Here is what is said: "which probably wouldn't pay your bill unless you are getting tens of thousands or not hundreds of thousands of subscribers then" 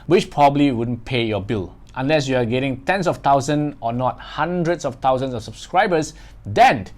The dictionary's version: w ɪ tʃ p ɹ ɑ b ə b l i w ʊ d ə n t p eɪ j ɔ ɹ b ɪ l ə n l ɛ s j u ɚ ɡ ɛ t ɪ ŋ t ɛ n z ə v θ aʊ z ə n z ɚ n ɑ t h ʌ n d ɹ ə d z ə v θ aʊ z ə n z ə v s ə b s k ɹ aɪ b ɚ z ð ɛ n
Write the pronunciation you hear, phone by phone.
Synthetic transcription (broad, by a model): w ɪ tʃ p ɹ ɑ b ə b l i w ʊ d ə n p eɪ j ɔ b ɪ l ə n l ɛ s j u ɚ ɡ ɛ t ɪ ŋ t ɛ n s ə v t aʊ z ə n ɔ n ɑ t h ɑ n d ɹ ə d s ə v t aʊ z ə n s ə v s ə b s k ɹ aɪ b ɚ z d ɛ n